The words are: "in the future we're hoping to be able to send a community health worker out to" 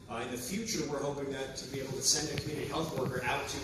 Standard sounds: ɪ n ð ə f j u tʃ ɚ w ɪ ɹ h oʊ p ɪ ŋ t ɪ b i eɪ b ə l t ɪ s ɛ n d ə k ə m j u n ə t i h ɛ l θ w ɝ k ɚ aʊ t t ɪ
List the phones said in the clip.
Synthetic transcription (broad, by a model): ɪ n ð ə f j u tʃ ɚ w ɪ ɹ h oʊ p ɪ ŋ t ɪ b i eɪ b l t ɪ s ɛ n d ə k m j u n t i h ɛ l θ w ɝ k ɚ aʊ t t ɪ